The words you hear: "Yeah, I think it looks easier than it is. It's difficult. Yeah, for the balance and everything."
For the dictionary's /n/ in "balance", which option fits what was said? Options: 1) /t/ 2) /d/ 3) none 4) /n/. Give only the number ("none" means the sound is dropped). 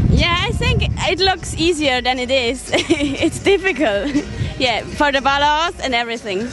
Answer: 3